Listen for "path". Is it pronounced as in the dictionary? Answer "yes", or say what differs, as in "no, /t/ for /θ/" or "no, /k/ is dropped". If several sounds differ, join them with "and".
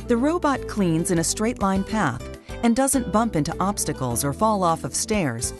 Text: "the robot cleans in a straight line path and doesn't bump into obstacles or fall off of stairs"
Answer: yes